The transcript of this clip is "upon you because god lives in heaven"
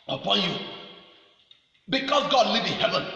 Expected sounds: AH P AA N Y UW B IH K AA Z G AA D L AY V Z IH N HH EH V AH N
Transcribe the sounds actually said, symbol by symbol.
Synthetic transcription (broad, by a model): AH P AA N Y UW B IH K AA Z G AA D L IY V IH N HH EH V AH N